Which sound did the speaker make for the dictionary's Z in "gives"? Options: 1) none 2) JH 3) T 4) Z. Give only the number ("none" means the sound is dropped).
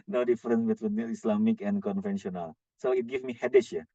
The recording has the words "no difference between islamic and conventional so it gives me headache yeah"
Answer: 1